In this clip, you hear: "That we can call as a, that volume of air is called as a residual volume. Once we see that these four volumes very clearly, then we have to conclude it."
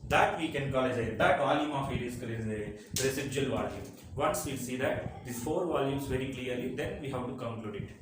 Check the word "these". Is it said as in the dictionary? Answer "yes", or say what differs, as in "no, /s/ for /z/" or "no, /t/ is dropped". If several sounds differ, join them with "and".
no, /z/ is dropped